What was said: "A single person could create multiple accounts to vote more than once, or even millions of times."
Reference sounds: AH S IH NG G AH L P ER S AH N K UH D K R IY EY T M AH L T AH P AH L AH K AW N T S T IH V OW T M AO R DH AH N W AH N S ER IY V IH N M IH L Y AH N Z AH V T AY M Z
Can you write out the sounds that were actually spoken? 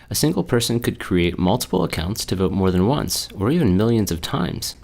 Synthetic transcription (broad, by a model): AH S IH NG G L P ER S AH N K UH D K R IY EY T M AH L T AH P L AH K AW N T S T IH V OW T M AO R DH AH N W AH N S ER IY V IH N M IH L Y AH N Z AH V T AY M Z